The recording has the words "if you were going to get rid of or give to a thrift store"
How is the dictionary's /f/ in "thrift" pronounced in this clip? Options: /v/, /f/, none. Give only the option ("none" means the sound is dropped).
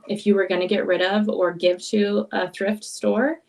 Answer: /f/